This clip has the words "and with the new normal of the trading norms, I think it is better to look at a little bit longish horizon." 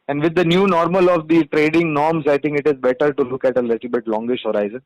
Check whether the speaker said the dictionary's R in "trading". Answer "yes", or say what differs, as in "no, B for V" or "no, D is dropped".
yes